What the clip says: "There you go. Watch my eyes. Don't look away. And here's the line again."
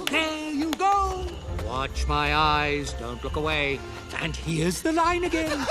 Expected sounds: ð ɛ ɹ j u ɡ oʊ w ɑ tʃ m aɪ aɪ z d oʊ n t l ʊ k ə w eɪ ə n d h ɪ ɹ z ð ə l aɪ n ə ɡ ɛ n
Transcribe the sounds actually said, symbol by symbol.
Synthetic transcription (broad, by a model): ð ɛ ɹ j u ɡ oʊ w ɑ tʃ m aɪ aɪ z d oʊ n t l ʊ k ə w eɪ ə n h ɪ ɹ z ð ə l aɪ n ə ɡ ɛ n